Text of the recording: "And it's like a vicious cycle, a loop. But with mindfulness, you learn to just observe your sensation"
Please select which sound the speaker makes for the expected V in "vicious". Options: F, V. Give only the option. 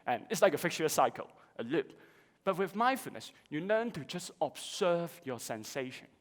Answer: F